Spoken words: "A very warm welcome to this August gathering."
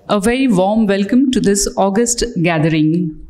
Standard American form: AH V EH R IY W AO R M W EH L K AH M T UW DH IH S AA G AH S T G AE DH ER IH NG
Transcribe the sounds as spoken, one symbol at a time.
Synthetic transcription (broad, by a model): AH V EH IY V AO M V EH L K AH M T UW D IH S AA G AH S T G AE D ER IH NG